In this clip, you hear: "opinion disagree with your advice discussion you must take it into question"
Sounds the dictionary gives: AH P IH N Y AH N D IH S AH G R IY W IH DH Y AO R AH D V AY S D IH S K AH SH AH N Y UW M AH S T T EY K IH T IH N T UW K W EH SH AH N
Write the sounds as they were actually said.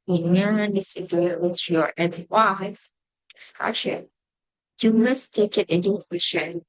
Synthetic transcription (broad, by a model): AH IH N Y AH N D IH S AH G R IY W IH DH Y AO R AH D W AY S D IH S K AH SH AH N Y UW M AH S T T EY K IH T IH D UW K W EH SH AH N